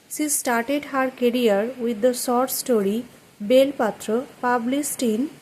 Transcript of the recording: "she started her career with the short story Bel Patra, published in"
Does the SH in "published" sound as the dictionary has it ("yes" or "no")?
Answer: no